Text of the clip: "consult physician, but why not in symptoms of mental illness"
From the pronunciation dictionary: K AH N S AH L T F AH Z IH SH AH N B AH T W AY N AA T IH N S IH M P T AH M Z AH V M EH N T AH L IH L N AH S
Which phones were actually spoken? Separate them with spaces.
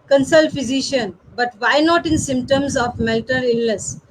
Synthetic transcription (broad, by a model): K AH N S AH L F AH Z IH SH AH N B AH T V AY N AA T IH N S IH M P T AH M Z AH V M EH L T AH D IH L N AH S